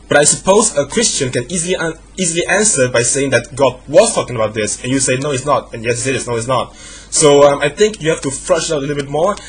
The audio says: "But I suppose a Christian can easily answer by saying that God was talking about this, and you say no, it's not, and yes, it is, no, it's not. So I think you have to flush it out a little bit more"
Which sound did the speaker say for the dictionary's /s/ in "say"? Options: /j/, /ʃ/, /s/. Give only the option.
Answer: /s/